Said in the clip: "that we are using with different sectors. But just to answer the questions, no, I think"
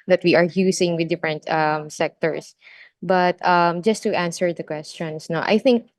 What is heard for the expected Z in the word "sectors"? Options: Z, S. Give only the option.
S